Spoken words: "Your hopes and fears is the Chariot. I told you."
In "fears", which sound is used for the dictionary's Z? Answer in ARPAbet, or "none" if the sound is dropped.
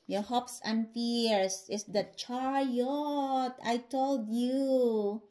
S